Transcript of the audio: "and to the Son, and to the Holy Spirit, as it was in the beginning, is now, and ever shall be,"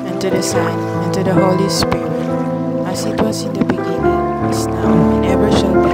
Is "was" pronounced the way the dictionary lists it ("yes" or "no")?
no